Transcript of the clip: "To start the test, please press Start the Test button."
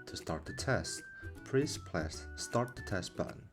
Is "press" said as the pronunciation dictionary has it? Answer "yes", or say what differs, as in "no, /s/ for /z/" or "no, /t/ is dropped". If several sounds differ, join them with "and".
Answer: no, /l/ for /ɹ/